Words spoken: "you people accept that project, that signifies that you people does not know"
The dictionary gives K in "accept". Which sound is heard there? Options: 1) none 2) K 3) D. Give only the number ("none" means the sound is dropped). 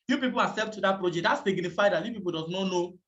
1